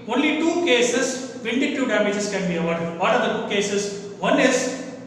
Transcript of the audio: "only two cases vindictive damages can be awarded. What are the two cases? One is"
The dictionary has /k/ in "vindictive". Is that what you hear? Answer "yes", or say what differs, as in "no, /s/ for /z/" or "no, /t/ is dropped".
no, /k/ is dropped